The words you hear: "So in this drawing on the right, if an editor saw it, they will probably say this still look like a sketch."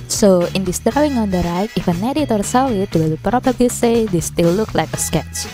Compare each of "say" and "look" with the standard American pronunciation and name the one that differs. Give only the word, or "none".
none